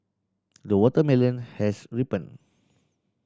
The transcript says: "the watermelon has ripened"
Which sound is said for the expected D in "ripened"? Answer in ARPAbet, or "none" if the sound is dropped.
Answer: none